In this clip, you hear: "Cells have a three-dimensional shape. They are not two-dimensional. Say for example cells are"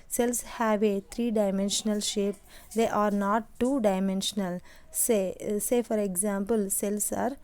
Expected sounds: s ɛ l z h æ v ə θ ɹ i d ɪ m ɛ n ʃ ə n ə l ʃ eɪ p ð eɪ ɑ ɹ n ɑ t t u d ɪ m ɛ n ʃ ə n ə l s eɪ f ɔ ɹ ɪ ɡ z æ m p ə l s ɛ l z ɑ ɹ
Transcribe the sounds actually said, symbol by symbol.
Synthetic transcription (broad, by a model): s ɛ l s h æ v ə t ɹ i d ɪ m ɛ n ʃ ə n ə l ʃ eɪ p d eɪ ɑ ɹ n ɑ t t u d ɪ m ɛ n ʃ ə n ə l s eɪ f ɔ ɹ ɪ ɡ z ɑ m p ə l s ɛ l s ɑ ɹ